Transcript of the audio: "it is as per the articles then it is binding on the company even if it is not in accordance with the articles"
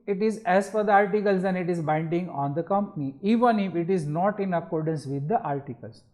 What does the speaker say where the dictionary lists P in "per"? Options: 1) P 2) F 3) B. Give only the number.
2